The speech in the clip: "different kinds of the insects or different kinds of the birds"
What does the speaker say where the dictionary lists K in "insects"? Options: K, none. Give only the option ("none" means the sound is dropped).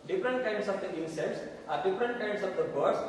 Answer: none